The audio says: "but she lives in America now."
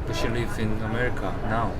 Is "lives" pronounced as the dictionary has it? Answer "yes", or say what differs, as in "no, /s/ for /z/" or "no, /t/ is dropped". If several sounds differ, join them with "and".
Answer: no, /z/ is dropped